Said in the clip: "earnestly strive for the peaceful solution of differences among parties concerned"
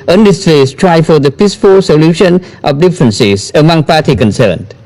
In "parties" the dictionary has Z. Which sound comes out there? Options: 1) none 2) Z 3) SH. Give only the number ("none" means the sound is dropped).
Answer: 1